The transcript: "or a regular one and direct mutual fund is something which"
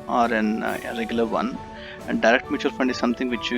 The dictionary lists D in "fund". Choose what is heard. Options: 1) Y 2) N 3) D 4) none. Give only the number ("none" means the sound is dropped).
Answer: 3